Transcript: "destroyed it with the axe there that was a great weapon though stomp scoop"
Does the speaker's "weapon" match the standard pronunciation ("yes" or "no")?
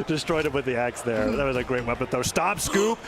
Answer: no